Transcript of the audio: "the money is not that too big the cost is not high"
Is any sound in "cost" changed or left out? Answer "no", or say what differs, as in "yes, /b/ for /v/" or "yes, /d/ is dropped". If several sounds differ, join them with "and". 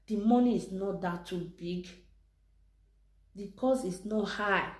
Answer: yes, /t/ is dropped